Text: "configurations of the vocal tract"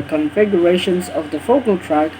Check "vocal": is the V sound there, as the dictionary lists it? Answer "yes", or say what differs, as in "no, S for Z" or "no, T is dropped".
no, F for V